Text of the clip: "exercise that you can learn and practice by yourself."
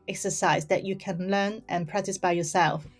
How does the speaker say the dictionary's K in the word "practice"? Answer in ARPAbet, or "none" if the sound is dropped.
K